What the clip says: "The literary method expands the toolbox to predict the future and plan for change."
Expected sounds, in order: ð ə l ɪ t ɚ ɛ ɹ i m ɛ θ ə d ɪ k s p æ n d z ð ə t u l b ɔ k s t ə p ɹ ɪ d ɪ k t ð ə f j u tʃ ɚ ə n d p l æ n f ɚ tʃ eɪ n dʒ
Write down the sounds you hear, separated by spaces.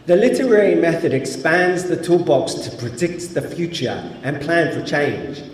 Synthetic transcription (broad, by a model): ð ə l ɪ t ɚ ɛ ɹ i m ɛ θ ə d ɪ k s p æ n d z ð ə t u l b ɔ k s t ə p ɹ ɪ d ɪ k t ð ə f j u tʃ ɚ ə n p l æ n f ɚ tʃ eɪ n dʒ